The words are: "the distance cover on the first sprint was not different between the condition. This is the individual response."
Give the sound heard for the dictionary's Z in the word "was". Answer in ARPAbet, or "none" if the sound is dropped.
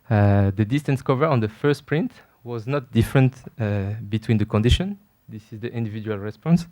Z